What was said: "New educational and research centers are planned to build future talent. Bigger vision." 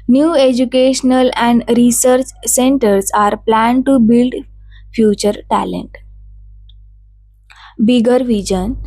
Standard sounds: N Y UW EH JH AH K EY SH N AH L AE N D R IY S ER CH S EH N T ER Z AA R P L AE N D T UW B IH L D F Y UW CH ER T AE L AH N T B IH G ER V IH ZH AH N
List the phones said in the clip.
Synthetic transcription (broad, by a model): N Y UW EH JH AH K EY SH N AH L AE N D R IY S ER CH S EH N T ER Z AA R P L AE N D T UW B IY L D F Y UW CH ER T AE L AH N T B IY G ER V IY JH AH N